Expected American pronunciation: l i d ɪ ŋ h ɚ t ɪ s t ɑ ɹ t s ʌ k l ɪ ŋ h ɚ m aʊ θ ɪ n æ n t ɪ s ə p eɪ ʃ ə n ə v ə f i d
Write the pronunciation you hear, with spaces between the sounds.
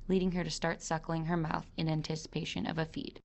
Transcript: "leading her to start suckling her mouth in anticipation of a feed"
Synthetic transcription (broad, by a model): l i d ɪ ŋ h ɚ t ɪ s t ɑ ɹ t s ʌ k l ɪ ŋ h ɚ m aʊ θ ɪ n æ n t ɪ s ə p eɪ ʃ ə n ə v ə f i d